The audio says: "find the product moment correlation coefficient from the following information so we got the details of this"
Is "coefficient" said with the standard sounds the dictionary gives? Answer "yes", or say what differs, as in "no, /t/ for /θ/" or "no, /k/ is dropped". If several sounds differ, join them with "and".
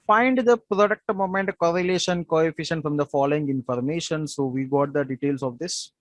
yes